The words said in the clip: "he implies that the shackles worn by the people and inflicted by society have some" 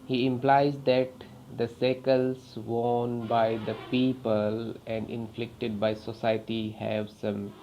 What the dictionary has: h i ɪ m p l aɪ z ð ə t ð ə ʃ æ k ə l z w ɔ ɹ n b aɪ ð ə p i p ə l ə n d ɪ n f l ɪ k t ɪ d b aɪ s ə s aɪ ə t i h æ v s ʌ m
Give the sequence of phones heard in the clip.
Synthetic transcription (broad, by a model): h i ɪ m p l aɪ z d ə t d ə s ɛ k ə l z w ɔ n b aɪ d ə p i p ə l ə n d ɪ n f l ɪ k t ɪ d b aɪ s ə s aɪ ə t i h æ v s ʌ m